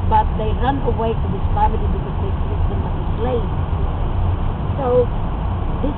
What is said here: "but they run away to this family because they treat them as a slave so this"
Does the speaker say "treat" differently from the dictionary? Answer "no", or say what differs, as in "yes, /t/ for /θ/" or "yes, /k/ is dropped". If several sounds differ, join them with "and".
yes, /ɹ/ is dropped